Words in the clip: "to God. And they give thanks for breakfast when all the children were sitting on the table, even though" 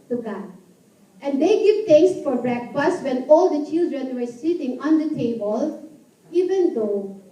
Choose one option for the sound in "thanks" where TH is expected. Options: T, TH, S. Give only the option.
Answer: T